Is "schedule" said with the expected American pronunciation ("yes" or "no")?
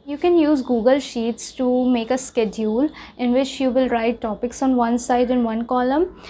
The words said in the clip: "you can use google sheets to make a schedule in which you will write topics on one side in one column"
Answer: yes